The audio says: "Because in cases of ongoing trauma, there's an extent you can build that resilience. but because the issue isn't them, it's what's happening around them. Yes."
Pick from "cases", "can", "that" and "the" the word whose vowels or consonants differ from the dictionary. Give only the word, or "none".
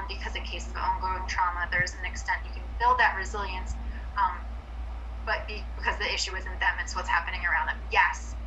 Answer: cases